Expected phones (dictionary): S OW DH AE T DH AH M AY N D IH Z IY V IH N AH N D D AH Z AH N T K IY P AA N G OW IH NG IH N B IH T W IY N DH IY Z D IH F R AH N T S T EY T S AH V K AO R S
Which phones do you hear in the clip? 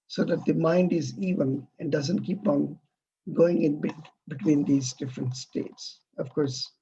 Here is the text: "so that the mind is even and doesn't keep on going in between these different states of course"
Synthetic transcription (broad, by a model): S OW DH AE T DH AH M AY N D IH Z IY V IH N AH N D D AH Z AH N T K IY P AA N G OW IH NG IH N B IH T W IY N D IY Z D IH F R AH N T S T EY T S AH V K AO R S